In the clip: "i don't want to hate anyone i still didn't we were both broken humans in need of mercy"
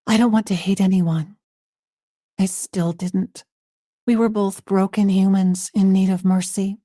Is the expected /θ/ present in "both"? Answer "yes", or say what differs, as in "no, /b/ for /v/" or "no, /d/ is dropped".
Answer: yes